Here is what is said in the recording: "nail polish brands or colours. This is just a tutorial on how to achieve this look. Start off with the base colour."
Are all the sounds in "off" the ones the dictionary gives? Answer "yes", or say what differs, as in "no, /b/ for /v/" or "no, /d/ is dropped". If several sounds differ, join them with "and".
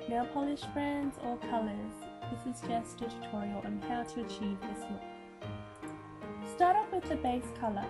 no, /p/ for /f/